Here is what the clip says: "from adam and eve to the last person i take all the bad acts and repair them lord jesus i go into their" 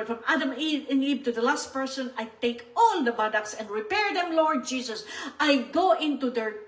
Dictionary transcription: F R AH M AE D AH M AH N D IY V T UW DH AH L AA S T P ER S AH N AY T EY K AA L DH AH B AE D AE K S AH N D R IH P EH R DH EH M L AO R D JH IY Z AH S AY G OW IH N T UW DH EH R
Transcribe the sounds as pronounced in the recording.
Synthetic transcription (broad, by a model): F R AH M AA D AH M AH N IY B T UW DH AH L AA S T P ER S AH N AY T EY K AA L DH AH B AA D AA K S AH N D R IH P EH R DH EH M L AO R D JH IY S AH S AY G OW IH N T UW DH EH R